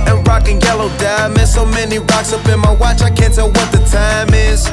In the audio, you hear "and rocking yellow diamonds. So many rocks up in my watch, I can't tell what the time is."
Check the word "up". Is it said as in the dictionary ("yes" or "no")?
no